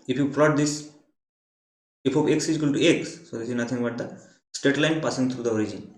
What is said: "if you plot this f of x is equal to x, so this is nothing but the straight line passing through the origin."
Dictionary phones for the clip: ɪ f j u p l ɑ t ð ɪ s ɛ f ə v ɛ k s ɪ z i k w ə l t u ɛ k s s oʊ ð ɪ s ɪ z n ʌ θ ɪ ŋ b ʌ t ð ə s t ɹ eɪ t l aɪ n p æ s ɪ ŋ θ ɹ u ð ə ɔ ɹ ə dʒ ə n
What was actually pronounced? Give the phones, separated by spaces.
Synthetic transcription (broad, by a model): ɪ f j u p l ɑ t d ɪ s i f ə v ɛ k s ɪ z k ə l t u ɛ k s s oʊ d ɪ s ɪ z n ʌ t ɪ ŋ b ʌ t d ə s t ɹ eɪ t l aɪ n p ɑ s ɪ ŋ t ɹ u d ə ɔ ɹ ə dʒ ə n